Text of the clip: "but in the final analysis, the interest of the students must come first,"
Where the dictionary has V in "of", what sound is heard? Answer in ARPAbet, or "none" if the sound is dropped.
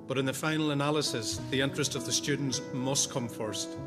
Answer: V